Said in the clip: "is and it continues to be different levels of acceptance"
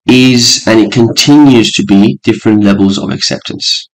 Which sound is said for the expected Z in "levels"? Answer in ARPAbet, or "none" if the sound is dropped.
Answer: Z